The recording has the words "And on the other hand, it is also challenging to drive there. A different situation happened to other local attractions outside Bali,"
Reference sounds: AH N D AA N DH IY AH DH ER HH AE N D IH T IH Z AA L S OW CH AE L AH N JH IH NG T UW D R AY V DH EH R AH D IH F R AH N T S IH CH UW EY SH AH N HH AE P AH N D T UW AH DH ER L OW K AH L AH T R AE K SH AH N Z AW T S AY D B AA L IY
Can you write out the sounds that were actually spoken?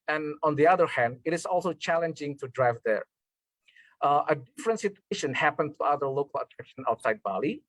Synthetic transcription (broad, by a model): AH N AA N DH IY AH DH ER HH AE N D IH T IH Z AA L S OW CH AE L AH N JH IH NG T UW D R AY V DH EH R AH D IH F R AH N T S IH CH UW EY SH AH N HH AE P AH N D T UW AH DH ER L OW K AH L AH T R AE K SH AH N AW T S AY D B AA L IY